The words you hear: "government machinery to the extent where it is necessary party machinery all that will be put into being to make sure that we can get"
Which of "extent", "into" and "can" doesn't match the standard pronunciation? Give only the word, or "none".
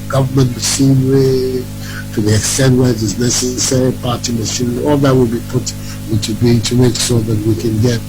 none